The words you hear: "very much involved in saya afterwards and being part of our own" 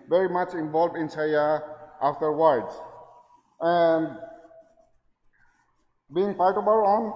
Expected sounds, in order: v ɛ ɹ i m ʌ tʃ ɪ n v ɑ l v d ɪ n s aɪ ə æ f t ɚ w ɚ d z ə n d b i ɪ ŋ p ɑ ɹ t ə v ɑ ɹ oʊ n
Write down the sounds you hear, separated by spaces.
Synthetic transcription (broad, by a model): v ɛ ɹ i m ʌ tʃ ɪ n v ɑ l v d ɪ n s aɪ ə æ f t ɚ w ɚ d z ə n d b i ɪ ŋ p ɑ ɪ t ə b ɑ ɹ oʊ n